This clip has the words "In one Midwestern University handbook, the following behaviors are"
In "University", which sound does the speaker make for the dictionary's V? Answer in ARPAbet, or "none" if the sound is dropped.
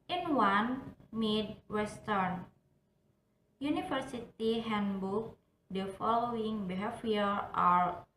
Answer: F